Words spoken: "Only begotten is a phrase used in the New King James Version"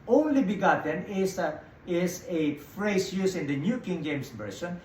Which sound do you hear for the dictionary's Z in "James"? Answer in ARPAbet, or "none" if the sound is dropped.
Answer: S